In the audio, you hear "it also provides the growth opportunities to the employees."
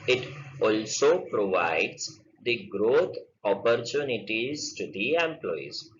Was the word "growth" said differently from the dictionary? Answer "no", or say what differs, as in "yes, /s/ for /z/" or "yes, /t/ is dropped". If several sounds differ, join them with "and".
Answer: yes, /t/ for /θ/